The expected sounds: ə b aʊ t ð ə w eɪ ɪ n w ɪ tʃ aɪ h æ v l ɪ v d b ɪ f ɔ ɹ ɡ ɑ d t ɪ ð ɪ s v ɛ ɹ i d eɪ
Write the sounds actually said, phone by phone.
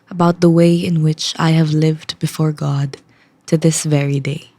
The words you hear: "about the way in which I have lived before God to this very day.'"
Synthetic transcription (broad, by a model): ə b aʊ t ð ə w eɪ ɪ n w ɪ tʃ aɪ h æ v l ɪ v d b ɪ f ɔ ɹ ɡ ɑ d t ɪ ð ɪ s v ɛ ɹ i d eɪ